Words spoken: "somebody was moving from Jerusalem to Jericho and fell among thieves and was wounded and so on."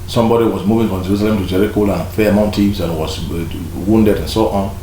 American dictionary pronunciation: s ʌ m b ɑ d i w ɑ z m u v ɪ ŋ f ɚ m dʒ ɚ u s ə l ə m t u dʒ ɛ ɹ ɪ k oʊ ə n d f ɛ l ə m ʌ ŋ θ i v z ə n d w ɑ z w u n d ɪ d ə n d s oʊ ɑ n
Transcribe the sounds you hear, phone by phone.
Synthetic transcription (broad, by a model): s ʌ m b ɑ d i w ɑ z m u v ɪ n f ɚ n dʒ ɚ u s ə l ə m t u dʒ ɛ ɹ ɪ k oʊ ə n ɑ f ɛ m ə ʊ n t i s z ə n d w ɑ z w u n d ɪ d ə n s oʊ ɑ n